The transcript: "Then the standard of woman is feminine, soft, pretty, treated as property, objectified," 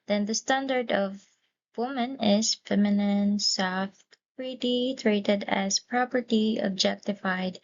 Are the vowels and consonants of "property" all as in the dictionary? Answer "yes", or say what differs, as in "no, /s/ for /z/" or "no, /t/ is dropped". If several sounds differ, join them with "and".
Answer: yes